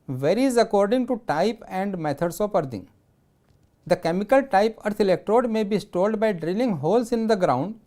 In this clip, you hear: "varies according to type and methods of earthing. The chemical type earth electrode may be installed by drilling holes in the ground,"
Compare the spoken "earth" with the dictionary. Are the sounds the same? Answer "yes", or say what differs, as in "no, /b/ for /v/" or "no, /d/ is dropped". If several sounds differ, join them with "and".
no, /t/ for /θ/